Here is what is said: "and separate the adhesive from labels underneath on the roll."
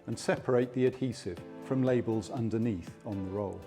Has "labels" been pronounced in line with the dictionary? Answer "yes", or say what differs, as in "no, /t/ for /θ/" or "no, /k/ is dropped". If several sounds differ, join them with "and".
yes